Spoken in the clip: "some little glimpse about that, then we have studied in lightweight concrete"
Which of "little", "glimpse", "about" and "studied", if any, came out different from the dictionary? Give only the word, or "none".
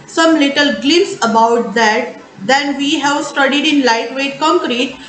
glimpse